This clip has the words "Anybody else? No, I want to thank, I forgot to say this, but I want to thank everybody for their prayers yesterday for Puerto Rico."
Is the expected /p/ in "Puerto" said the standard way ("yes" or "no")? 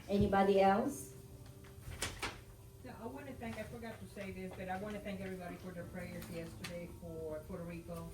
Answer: no